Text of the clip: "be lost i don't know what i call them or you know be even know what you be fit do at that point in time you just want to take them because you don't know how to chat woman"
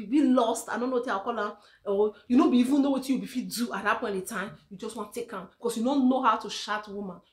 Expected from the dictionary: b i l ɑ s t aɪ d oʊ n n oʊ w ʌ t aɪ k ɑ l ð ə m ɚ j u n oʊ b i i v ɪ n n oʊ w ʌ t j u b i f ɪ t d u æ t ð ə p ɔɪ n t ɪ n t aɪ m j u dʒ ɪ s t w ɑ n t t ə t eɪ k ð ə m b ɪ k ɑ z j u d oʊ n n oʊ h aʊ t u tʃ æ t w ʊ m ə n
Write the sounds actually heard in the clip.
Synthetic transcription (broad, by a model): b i l ɑ s t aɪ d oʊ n n oʊ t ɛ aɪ k ɑ l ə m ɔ j u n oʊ b i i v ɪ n n oʊ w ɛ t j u b i f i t d u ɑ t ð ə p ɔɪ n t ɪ t aɪ m j u dʒ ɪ s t w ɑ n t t t eɪ k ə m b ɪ k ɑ s j u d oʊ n n oʊ h aʊ t u ʃ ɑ t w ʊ m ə n